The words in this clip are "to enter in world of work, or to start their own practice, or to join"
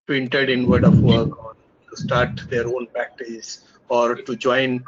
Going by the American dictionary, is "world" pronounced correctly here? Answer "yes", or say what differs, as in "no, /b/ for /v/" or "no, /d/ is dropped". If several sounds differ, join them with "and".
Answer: no, /l/ is dropped